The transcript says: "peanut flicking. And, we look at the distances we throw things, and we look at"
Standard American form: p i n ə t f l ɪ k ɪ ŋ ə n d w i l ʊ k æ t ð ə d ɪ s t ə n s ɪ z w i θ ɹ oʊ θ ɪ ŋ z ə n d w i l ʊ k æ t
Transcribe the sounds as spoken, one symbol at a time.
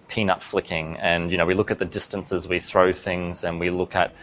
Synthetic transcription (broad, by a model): p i n ə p f l ɪ k ɪ ŋ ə n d w i l ʊ k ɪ t ð ə d ɪ s t ə n s ɪ z w i θ ɹ oʊ θ ɪ ŋ z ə n w i l ʊ k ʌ t